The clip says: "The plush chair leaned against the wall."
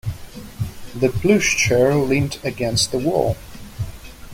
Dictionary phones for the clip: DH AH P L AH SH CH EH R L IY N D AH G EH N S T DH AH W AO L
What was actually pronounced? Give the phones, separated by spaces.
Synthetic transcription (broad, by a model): DH AH B L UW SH CH EH R L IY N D AH G EH N S T DH AH W AO L